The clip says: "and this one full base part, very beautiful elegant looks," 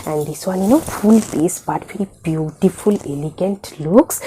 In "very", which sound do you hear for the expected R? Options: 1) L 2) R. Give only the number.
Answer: 1